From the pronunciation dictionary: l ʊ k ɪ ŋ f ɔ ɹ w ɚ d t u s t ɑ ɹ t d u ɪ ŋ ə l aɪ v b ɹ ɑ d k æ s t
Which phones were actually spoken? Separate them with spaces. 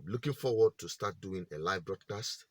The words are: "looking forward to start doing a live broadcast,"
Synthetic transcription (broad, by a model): l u k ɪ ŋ f ɔ w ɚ d t u s t ɑ t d u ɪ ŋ ə l aɪ v b ɹ ɑ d k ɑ s t